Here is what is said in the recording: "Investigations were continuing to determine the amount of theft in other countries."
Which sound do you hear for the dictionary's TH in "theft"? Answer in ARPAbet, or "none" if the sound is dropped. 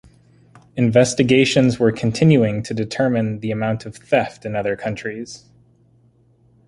TH